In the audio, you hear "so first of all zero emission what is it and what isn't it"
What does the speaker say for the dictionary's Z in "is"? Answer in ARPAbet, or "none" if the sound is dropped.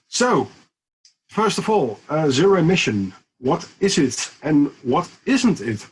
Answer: Z